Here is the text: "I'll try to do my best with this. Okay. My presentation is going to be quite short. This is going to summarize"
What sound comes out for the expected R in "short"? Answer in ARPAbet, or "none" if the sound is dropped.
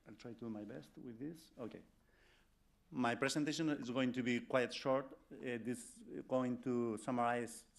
R